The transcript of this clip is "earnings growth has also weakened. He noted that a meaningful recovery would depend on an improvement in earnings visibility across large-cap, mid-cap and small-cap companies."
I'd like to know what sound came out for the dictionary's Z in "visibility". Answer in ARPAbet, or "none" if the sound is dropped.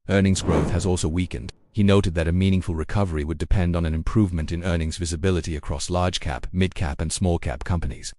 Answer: Z